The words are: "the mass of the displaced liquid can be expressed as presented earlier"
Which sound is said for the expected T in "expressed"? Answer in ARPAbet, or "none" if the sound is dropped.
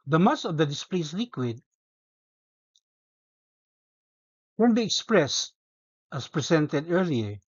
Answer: T